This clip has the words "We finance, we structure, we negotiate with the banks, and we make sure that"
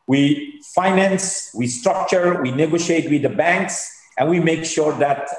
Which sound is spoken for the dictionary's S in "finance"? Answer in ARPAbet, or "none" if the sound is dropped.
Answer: S